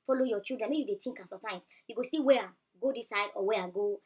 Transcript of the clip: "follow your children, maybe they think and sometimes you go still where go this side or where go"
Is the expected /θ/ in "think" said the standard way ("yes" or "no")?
no